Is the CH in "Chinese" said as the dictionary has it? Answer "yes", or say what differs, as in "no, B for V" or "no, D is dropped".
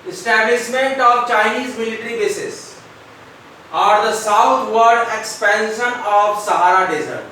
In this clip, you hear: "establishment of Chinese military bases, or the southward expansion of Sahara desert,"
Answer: yes